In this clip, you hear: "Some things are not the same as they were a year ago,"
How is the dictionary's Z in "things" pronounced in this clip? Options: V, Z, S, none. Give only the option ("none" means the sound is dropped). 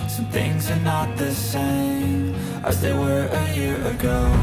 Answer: Z